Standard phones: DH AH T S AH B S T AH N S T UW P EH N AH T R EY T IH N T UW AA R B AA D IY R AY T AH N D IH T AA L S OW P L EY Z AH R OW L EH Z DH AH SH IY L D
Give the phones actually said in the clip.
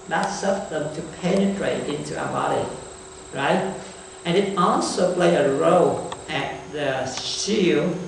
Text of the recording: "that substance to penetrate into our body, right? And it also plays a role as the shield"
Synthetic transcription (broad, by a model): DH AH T S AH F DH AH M T UW P EH N AH T R EY T IH N T UW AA B AA D IY R AY T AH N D IH T AA L S OW P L EY AH R OW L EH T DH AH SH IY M